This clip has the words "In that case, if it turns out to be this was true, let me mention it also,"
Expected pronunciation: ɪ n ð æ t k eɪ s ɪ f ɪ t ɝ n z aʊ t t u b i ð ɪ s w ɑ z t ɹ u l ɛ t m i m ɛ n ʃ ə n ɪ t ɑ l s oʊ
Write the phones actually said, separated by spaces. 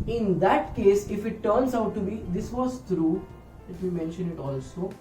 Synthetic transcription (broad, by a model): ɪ n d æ t k eɪ s ɪ f ɪ t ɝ n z aʊ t t u b i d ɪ s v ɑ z t ɹ u l ɛ t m i m ɛ n ʃ ə n ɪ t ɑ l s oʊ